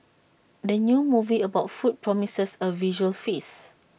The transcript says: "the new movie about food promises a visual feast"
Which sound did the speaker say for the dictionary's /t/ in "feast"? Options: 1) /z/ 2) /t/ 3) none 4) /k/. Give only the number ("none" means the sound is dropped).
3